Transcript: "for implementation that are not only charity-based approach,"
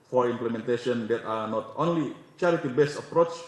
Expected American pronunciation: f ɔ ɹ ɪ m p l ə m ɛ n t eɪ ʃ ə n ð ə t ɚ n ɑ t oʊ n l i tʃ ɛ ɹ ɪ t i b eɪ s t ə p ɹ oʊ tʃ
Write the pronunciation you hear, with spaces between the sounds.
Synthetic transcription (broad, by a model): f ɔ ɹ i m p l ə m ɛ n t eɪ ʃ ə n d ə t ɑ n ɑ t oʊ n l i tʃ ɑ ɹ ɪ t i b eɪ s ə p ɹ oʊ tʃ